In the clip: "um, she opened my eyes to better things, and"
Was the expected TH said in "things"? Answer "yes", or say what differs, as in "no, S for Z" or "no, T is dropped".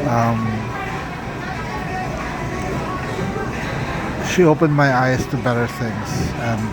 yes